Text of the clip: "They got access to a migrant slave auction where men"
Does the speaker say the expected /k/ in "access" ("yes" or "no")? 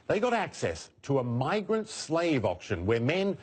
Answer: yes